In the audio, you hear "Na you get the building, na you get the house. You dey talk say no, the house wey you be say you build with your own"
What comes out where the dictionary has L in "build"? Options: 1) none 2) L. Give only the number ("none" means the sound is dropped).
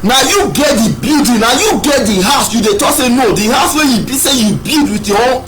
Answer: 1